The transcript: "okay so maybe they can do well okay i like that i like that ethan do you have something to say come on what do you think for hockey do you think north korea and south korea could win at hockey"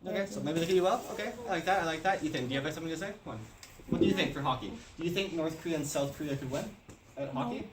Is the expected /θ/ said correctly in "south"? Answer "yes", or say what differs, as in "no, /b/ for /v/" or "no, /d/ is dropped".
yes